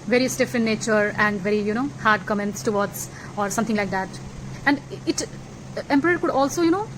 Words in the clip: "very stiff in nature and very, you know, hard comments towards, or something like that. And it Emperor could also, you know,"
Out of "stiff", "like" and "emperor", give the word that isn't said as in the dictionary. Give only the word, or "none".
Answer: none